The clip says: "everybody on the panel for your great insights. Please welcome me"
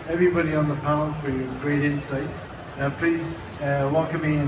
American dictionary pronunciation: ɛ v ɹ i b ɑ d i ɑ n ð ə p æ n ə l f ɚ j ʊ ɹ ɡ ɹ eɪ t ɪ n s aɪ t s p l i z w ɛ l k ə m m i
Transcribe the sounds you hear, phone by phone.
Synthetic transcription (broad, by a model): ɛ v ɹ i b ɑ d i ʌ n ð ə p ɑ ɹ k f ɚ j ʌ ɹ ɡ ɹ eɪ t ɪ n s aɪ t s p l i z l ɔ k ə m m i